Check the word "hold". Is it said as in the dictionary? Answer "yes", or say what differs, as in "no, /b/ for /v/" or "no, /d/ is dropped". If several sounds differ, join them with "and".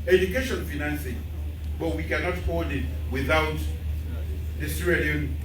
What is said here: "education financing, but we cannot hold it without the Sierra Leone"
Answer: no, /l/ is dropped